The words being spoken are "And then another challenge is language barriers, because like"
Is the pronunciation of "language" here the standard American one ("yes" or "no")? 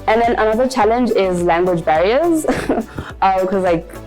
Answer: yes